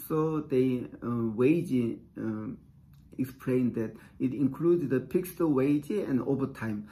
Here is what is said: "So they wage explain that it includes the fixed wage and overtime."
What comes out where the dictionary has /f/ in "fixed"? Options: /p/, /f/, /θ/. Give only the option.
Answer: /p/